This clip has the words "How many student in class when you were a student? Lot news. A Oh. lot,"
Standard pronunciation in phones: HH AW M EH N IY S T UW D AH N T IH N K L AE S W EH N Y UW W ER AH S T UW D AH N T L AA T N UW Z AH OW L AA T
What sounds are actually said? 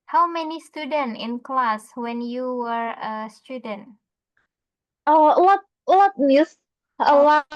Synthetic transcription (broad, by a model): HH AW M EH N IY S T UW D AH N T IH N K L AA S W EH N Y UW W ER AH S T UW D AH N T L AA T L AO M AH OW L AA